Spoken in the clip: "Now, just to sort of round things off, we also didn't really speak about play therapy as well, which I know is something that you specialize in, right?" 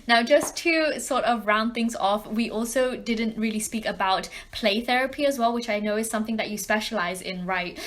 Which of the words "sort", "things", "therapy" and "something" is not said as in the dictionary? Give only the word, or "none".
none